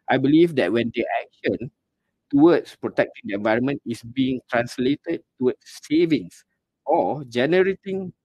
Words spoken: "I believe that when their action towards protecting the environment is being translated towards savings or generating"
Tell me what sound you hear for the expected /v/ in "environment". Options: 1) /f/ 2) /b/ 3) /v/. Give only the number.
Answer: 3